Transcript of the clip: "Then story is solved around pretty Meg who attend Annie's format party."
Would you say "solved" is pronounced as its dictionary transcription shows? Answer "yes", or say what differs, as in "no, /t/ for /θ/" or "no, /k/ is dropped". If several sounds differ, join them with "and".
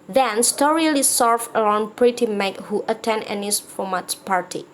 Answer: no, /d/ is dropped